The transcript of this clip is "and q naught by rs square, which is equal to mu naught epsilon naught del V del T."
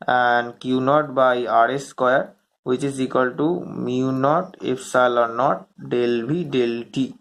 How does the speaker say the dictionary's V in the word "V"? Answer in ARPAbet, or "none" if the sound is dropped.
B